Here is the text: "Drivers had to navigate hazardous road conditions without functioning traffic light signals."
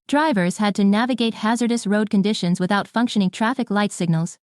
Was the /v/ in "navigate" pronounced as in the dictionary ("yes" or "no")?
yes